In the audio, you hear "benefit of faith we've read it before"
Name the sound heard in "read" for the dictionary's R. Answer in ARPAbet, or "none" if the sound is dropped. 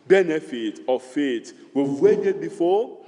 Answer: W